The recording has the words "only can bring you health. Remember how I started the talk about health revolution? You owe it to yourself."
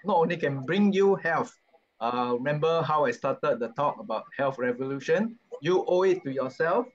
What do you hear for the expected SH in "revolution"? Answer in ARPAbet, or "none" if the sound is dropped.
SH